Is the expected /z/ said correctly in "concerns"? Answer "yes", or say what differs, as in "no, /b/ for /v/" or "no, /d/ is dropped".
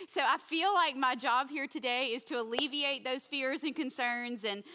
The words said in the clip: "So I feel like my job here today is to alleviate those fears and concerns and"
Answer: yes